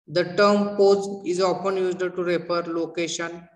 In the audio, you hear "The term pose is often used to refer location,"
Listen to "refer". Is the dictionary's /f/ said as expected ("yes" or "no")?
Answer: no